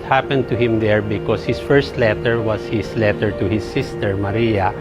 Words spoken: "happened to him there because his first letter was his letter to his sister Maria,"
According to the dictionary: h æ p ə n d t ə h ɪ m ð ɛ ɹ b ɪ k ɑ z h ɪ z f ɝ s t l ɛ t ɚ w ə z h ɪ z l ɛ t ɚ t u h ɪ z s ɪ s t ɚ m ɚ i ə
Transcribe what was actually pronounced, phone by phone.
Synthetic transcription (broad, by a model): h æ p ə n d t ə h ɪ m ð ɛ ɹ b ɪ k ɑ s h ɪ s f ɝ s t l ɛ t ɚ w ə s h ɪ s l ɛ t ɚ t u h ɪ s ɪ s t ɚ m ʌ i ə